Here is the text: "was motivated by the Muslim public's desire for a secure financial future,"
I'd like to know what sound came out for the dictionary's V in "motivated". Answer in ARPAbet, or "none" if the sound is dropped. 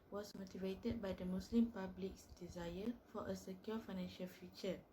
V